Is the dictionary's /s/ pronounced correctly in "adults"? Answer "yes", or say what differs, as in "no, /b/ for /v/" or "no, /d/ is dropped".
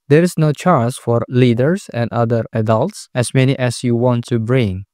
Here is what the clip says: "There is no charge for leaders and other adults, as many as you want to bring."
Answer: yes